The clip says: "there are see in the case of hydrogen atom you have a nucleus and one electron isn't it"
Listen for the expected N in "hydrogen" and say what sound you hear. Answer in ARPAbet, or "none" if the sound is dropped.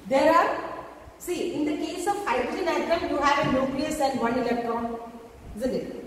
none